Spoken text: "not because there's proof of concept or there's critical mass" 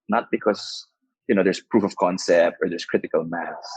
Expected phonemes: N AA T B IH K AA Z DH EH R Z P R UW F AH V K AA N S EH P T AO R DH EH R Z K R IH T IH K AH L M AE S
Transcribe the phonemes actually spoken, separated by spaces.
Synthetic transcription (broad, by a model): N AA T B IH K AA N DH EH R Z P R UW F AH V K AA N S EH P T AO R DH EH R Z K R IH T IH K AH L M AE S